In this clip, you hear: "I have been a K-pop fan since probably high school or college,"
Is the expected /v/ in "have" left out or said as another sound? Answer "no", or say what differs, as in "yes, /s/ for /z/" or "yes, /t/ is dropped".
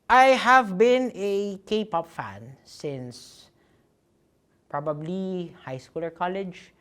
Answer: no